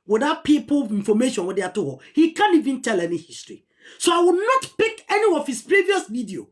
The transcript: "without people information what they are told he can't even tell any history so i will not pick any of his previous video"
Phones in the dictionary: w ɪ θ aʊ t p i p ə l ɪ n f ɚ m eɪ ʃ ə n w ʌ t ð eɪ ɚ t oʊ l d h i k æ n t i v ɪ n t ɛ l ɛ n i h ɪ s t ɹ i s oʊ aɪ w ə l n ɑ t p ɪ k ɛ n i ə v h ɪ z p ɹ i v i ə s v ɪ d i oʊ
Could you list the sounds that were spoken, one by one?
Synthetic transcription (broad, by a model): w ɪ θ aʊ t p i p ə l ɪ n f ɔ m eɪ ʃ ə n w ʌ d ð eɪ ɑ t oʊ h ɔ h i k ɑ n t i v ɪ n t ɛ l ɛ n i h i s t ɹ i s oʊ aɪ w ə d n ɑ t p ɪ k ɛ n i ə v h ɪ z p ɹ i v i ə s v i d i oʊ